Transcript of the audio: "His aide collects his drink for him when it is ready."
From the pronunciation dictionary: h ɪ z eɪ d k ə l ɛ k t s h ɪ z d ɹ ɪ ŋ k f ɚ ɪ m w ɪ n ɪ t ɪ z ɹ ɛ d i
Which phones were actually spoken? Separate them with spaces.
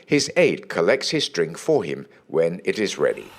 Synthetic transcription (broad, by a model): h ɪ z eɪ d k ə l ɛ k t s h ɪ z d ɹ ɪ ŋ k f ɚ ɪ m w ɪ n ɪ t ɪ z ɹ ɛ d i